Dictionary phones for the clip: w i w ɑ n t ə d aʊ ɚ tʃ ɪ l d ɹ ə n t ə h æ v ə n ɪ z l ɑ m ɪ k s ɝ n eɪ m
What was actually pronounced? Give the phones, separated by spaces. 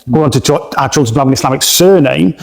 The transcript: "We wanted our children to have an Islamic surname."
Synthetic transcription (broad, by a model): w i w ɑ n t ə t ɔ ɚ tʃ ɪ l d ə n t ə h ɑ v ə n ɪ s l ɑ m ɪ k s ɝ n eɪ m